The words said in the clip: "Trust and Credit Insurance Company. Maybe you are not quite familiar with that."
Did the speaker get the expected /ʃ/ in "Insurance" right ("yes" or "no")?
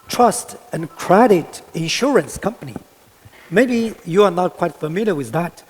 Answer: yes